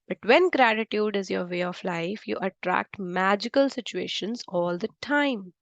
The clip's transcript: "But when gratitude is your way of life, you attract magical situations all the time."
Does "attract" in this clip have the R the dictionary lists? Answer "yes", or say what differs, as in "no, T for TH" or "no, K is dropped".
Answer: yes